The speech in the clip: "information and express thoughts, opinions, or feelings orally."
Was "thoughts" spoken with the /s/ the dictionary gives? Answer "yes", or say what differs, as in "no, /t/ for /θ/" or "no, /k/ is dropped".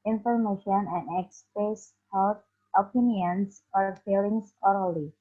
no, /s/ is dropped